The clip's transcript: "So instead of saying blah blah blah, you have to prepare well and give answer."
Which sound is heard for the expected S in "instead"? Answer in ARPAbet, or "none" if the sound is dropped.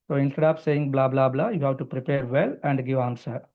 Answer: none